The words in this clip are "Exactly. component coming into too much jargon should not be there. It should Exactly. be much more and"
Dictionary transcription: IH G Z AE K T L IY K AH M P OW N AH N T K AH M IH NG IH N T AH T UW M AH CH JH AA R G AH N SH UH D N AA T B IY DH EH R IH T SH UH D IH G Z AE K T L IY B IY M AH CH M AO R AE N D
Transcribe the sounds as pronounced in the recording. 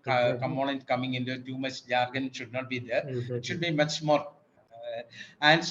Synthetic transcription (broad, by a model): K K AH M OW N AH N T K AH M IH NG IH N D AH T UW M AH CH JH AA R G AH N SH UH D N AA T B IY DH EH R IH T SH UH D B IY M AH CH M AO R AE N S